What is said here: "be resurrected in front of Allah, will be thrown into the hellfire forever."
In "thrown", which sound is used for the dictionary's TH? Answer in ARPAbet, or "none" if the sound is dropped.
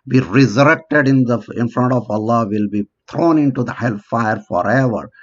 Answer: T